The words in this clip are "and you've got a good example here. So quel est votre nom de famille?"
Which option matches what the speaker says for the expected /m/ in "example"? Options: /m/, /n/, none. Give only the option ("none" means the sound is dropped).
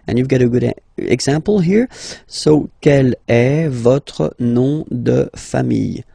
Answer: none